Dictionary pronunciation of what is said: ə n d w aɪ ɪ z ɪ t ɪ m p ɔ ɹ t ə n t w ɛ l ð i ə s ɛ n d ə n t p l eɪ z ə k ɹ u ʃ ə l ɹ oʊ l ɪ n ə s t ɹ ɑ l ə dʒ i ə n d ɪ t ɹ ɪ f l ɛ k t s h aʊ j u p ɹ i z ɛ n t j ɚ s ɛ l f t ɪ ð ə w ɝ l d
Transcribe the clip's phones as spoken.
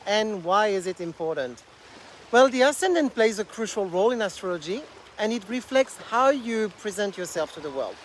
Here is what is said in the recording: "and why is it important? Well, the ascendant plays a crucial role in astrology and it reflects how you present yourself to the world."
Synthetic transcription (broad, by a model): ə n w aɪ ɪ z ɪ t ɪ m p ɔ ɹ t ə n t w ɛ l ð i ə s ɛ n d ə n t p l eɪ z ə k ɹ u ʃ ə l ɹ oʊ l ɪ n ə s t ɹ ɑ l ə dʒ i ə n ɪ t ɹ ɪ f l ɛ k t s h aʊ j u p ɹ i z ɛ n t j ɚ s ɛ l f t ɪ ð ə w ɝ l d